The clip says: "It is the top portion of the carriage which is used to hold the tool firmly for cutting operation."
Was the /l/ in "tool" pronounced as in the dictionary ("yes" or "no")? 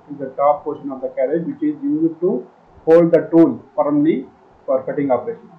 no